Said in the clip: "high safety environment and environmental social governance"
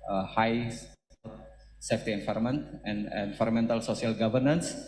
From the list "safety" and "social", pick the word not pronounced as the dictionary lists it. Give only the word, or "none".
social